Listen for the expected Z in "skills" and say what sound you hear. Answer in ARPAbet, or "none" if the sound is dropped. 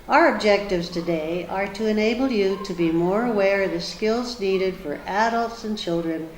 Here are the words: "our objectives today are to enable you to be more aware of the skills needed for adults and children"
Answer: Z